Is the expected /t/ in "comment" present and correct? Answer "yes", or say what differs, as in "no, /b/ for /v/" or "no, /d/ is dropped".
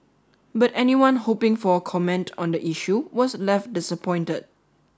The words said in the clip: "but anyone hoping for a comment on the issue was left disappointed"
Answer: yes